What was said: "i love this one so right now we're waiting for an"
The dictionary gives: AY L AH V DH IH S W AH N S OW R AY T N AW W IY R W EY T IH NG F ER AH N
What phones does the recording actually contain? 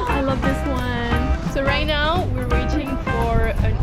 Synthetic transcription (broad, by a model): AY L AH V DH IH S W AH N S OW R AY T N AW W IY R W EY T IH NG F ER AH N